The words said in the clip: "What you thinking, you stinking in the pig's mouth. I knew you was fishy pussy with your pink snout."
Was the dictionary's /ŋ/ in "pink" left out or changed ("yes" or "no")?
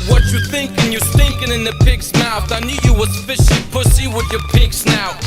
yes